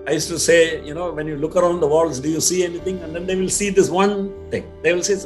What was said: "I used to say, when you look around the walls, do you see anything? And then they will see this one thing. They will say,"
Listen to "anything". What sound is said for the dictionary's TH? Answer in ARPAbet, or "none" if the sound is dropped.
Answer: T